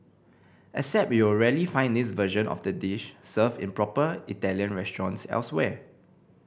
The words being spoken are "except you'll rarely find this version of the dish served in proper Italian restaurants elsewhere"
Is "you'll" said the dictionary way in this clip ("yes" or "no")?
no